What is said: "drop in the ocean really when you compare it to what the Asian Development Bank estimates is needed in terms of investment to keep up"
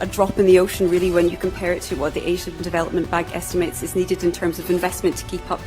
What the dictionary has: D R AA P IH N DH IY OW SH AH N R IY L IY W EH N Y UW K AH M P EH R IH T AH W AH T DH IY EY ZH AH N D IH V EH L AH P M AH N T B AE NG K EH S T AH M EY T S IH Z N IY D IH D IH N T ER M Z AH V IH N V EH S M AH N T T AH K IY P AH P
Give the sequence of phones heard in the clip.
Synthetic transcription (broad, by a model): D R AA P IH N DH IY OW SH AH N R IY L IY W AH N Y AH K AH M P EH R IH T AH W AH T DH IY EY ZH AH N D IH V EH L AH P M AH N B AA NG K EH S T AH M EY T S IH Z N IY D IH D IH N T ER M Z AH V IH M V EH S M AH N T T AH K IY P AH P